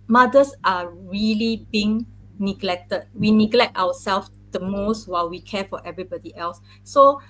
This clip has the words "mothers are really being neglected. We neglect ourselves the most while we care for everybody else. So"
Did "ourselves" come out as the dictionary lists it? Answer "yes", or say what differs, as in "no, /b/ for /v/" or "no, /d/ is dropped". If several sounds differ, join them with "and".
no, /w/ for /ɹ/